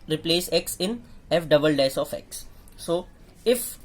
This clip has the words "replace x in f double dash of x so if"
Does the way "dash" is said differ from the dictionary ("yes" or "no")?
yes